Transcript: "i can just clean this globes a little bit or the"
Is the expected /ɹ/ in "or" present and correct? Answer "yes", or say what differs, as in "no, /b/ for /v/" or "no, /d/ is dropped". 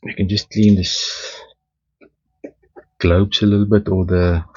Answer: no, /l/ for /ɹ/